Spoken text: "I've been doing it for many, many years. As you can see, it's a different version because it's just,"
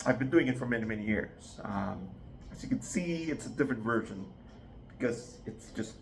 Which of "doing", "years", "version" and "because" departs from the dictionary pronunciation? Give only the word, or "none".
none